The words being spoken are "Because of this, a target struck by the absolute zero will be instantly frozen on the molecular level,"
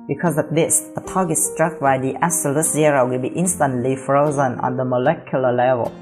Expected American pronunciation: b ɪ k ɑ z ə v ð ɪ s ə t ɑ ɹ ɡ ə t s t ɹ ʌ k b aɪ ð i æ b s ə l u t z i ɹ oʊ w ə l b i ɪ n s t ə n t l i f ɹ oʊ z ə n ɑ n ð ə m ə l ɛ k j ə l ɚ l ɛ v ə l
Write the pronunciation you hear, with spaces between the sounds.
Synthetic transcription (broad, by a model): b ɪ k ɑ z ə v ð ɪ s ə t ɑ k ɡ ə s t ɹ ʌ k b aɪ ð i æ s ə l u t z i ɹ oʊ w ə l b i ɪ n s t ə n t l i f ɹ oʊ z ə n ɑ n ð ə m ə l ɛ k j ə l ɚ l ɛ v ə l